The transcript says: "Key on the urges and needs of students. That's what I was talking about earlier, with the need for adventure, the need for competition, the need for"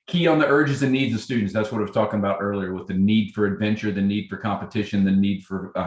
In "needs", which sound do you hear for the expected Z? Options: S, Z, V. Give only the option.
Z